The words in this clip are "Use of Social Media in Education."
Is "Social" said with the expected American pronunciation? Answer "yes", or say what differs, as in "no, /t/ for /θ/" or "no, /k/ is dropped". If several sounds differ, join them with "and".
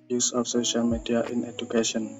yes